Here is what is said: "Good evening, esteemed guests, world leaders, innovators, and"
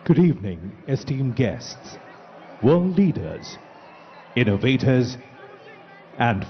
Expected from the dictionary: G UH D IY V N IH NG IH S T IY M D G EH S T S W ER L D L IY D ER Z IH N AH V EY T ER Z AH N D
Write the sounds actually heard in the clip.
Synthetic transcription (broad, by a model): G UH D IY V N IH NG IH S T IY M G EH S T S W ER L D L IY D ER Z IH N AH V EY T ER Z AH N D